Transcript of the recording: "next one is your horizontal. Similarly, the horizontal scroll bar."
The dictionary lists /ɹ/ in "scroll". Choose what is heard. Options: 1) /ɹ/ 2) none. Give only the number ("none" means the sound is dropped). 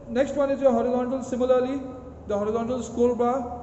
2